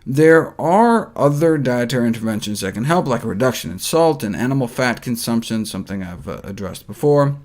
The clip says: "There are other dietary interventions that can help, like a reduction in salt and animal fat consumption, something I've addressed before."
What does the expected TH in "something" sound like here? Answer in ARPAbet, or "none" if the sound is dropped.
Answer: TH